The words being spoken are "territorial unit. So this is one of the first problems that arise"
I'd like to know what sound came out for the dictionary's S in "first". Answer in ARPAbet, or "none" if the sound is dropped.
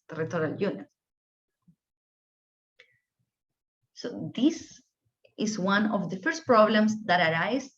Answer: S